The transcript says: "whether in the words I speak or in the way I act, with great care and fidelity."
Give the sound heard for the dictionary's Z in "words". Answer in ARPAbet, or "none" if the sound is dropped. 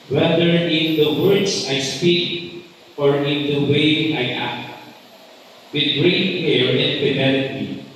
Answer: S